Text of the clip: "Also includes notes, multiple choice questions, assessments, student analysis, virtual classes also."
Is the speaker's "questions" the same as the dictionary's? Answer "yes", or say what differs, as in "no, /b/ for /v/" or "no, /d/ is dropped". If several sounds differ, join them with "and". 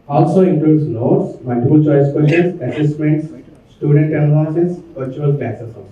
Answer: no, /tʃ/ is dropped